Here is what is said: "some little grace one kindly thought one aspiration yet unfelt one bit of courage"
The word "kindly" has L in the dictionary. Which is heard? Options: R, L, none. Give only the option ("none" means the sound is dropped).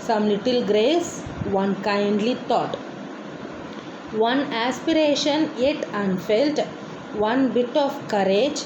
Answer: L